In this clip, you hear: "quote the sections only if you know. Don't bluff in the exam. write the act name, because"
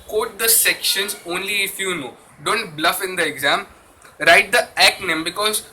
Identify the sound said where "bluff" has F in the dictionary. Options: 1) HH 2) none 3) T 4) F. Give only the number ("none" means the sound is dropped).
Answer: 4